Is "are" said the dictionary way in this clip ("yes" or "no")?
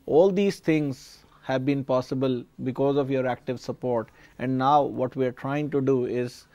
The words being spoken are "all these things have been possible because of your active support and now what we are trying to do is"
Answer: yes